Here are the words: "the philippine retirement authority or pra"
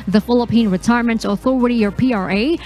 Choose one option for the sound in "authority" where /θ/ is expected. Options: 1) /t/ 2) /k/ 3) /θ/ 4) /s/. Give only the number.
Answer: 3